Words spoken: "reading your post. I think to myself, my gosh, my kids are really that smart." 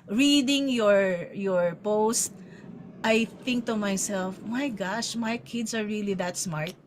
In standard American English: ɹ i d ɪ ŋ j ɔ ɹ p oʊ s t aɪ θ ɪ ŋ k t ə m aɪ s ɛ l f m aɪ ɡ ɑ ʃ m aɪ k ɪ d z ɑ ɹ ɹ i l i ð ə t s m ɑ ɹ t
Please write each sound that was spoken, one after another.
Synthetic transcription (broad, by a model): ɹ i d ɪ ŋ j ɔ ɹ p oʊ s t aɪ θ ɪ ŋ k t ə m aɪ s ɛ l f m aɪ ɡ ɑ ʃ m aɪ k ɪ d s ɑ ɹ ɹ i l i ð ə t s m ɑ ɹ t